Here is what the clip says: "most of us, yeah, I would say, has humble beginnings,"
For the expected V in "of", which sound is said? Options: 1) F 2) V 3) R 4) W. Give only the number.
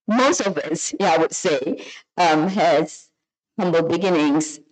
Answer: 2